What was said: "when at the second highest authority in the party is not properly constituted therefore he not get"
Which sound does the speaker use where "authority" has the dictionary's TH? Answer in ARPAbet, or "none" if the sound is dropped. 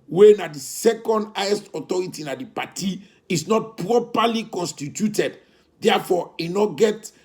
T